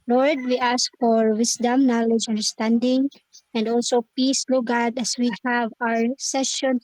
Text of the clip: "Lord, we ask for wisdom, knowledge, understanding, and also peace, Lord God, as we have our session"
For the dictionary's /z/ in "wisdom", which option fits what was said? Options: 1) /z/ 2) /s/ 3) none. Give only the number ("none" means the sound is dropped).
2